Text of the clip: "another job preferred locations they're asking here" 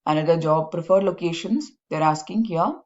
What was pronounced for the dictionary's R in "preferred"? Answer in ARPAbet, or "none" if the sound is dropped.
R